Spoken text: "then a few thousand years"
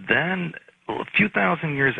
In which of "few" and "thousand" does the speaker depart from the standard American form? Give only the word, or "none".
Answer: none